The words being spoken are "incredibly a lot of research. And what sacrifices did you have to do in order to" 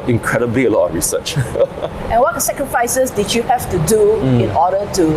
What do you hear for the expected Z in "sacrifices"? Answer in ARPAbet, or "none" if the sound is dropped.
S